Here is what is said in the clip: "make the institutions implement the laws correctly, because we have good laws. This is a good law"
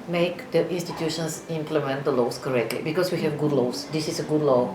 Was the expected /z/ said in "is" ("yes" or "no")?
no